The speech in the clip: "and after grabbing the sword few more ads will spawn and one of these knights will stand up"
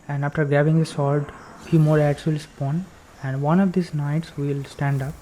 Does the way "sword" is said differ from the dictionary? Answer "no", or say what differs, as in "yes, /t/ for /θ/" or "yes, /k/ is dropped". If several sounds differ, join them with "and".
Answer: yes, /l/ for /ɹ/